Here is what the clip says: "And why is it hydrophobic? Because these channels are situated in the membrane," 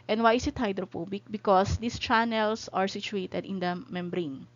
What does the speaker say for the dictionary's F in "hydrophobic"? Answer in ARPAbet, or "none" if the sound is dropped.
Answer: P